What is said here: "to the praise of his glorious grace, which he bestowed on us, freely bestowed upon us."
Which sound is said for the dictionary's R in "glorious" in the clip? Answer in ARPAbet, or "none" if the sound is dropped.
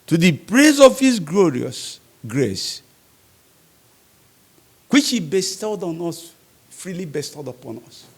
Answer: R